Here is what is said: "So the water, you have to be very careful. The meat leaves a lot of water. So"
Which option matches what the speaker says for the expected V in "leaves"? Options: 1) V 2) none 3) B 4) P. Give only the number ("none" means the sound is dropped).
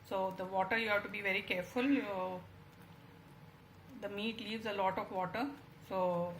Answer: 1